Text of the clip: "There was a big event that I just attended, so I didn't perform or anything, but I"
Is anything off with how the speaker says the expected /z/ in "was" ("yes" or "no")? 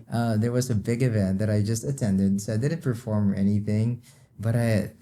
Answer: no